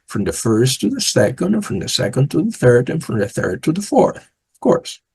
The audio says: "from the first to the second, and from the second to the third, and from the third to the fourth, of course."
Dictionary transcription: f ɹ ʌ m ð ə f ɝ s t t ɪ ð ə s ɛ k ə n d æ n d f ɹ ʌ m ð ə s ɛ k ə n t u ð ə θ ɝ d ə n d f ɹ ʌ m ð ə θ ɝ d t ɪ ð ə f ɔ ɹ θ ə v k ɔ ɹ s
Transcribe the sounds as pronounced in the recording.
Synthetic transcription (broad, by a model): f ɹ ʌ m ð ə f ɝ s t t ɪ ð ə s ɛ k ə n d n f ɹ ʌ m ð ə s ɛ k ə n t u ð ə θ ɝ d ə n f ɹ ʌ m ð ə θ ɝ d t ɪ ð ə f ɔ ɹ θ ə v k ɔ ɹ s